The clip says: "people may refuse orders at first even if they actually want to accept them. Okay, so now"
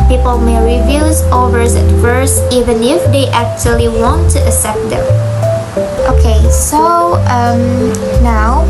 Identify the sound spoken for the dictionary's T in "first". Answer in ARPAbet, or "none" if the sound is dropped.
none